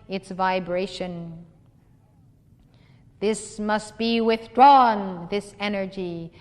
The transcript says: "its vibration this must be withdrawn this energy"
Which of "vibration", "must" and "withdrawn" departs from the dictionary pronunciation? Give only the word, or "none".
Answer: none